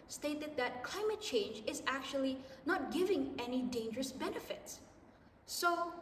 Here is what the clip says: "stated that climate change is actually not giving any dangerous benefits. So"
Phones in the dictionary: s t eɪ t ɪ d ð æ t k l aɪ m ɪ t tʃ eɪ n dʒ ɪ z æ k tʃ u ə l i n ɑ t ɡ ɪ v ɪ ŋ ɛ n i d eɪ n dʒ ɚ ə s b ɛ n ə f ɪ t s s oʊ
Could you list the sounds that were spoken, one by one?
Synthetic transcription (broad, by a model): s t eɪ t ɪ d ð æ t k l aɪ m ɪ t tʃ eɪ n dʒ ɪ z æ k tʃ u ə l i n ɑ t ɡ ɪ v ɪ ŋ ɛ n i d eɪ n dʒ ɚ ə s b ɛ n ə f ɪ t s s oʊ